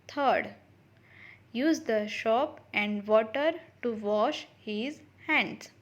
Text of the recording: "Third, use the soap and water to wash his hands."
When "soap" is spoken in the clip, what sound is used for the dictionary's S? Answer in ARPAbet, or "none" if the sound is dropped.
SH